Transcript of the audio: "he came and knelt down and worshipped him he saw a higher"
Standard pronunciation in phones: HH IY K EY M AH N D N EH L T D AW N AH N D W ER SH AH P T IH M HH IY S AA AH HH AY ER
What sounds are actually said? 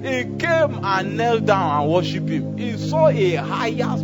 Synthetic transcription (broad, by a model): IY K EY M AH N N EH L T D AW N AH N W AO SH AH P IH M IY S AA AH HH AY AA